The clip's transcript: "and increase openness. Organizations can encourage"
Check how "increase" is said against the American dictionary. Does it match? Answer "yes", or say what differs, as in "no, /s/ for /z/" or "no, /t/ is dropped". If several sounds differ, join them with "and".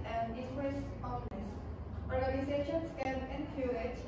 no, /w/ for /ɹ/